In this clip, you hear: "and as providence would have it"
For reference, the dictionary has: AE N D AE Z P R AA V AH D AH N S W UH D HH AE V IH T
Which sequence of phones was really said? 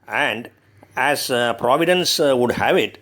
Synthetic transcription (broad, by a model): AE N D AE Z P R AA V AH D AH N S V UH D HH AE V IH T